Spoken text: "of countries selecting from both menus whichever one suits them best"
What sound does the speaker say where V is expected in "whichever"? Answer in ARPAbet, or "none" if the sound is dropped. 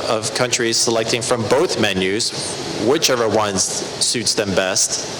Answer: V